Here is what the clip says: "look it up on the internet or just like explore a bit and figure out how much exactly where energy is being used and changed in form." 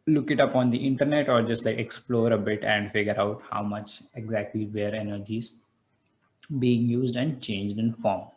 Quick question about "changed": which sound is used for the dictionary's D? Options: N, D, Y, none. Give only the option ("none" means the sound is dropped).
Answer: D